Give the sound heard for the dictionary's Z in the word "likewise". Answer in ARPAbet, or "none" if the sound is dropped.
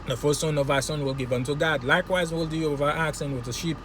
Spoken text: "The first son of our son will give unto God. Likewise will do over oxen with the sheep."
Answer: Z